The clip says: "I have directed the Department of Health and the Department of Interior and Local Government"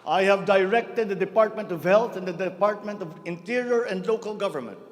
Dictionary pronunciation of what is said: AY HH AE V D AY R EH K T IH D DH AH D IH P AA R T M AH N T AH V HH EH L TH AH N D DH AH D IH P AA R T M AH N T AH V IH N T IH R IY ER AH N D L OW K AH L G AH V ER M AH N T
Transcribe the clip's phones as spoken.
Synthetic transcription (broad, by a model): AY HH AE V D AY R EH K T IH D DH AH D IH P AA R T M AH N T AH V HH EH L T AH N D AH D IH P AA R T M AH N T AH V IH N T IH R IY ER AH N D L OW K AH L G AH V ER M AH N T